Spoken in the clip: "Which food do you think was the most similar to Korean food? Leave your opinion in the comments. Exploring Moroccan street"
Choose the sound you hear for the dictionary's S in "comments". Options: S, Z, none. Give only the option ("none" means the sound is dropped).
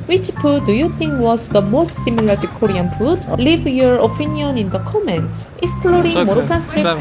none